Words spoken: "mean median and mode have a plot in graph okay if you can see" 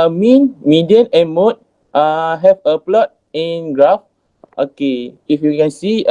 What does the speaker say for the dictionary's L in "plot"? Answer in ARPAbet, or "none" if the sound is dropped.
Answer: L